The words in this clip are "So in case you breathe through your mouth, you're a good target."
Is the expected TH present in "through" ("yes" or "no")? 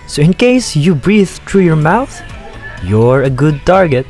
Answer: no